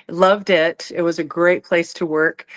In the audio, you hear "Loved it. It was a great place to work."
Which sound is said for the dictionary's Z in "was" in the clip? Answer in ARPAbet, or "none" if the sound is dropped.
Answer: Z